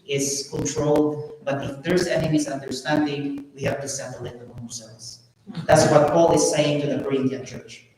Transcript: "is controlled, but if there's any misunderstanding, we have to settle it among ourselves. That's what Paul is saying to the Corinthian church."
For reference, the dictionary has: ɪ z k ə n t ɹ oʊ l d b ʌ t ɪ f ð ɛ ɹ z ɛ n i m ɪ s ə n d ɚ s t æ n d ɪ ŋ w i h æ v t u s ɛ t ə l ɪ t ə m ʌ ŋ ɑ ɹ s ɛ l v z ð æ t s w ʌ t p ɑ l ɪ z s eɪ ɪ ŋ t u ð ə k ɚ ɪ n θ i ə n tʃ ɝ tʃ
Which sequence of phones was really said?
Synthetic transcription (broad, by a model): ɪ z k ə n t ɹ oʊ l d b ʌ t ɪ f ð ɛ ɹ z ɛ n i m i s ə n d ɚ s t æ n d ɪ ŋ w i h æ v t u s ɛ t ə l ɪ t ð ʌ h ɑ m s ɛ v s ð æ t s w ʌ t p ɑ l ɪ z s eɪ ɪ ŋ t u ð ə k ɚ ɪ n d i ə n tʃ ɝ tʃ